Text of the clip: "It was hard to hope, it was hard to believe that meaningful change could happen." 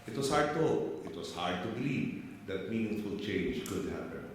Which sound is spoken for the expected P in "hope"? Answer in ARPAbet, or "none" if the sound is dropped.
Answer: none